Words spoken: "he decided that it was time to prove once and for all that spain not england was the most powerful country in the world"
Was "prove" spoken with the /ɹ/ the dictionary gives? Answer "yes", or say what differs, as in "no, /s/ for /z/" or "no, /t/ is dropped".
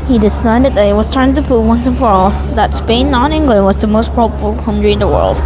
no, /ɹ/ is dropped